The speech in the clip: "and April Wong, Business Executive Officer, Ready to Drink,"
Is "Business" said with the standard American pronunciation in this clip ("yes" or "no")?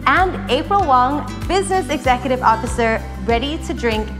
yes